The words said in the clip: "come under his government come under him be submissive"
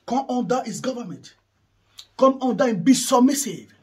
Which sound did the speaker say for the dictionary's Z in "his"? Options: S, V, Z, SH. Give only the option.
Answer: S